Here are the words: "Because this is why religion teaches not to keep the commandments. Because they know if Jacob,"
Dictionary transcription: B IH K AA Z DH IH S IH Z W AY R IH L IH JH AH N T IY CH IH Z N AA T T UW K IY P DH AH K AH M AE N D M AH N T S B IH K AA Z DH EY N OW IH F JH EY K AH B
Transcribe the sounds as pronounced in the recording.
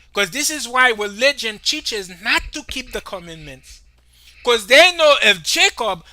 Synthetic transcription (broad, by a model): K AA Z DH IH S IH Z W AY W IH L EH JH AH N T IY CH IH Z N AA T T UW K IY P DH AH K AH M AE N M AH N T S K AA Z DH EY N OW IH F JH EY K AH B